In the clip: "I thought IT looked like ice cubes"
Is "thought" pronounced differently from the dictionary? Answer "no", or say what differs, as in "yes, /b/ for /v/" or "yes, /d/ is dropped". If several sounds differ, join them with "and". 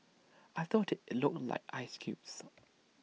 no